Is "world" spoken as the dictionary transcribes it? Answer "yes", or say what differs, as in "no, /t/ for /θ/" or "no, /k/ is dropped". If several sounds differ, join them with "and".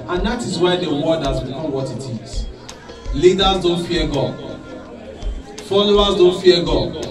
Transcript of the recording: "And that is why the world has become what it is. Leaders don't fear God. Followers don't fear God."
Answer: no, /l/ is dropped